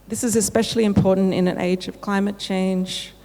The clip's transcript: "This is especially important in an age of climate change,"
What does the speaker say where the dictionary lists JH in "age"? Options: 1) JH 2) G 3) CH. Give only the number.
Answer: 1